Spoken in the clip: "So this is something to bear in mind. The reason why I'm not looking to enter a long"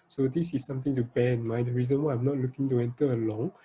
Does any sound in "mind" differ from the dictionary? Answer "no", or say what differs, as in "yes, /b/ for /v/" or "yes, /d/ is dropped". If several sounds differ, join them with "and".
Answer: yes, /n/ is dropped